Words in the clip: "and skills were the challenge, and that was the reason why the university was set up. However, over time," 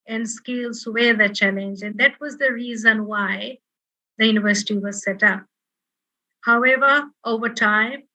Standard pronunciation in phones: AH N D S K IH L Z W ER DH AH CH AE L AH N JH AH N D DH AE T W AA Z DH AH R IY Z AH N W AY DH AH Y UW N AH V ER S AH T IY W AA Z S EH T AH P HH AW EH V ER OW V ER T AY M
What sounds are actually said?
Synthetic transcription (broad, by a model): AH N D S K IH L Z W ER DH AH CH AE L AH N JH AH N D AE T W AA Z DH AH R IY Z AH N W AY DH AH Y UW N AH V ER S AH T IY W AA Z S EH T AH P HH AW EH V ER OW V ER T AY M